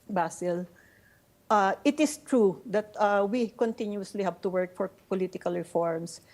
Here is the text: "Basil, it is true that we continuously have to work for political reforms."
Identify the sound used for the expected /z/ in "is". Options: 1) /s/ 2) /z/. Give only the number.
1